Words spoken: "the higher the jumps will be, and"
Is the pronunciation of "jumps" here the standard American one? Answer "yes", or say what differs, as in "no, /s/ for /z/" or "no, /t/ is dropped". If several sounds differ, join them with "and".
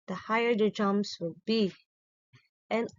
no, /p/ is dropped